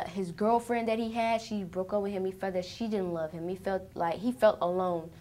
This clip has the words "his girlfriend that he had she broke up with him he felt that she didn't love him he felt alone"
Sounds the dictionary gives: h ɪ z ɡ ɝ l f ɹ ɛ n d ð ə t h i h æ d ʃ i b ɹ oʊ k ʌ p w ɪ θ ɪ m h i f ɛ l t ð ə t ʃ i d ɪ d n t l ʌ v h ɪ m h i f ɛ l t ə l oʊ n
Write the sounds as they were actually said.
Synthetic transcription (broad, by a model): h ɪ z ɡ ɝ l f ɹ ɛ n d ð ə t h i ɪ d ʃ i b ɹ oʊ k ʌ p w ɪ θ ɪ m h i f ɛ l ð ə t ʃ i d ɪ d n t l ʌ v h ɪ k h i f ɛ l t ə l oʊ n